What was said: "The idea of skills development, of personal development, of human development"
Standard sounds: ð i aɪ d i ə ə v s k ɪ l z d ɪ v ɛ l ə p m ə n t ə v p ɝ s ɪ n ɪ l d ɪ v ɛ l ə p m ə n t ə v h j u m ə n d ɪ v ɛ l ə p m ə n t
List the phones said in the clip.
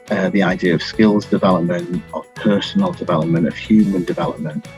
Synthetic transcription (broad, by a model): ð i aɪ d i ə ə v s k ɪ l z d ɪ v ɛ l ə p m ə n t ə v p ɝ s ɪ n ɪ l d ɪ v ɛ l ə p m ə n t ə v h j u m ə n d ɪ v ɛ l ə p m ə n t